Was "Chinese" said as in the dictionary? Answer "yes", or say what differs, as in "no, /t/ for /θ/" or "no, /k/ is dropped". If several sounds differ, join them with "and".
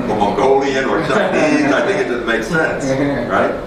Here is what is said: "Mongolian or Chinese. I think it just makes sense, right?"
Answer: no, /n/ is dropped